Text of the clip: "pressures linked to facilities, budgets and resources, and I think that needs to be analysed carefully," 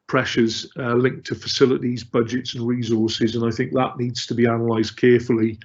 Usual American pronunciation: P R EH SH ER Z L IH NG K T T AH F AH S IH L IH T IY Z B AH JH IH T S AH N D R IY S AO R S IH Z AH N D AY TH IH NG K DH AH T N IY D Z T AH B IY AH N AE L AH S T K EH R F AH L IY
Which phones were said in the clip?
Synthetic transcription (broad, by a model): P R EH SH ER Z L IH NG K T T AH F AH S IH L IH T IY Z B AH JH IH T S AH N R IY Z AO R S IH Z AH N AY TH IH NG K DH AH T N IY D Z T AH B IY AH N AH L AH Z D K EH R F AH L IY